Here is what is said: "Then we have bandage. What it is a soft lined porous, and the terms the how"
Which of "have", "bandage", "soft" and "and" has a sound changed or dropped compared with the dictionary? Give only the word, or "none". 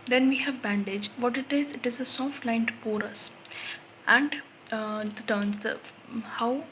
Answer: none